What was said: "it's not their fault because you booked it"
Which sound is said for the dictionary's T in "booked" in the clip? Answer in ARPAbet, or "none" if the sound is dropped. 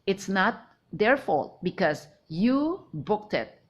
T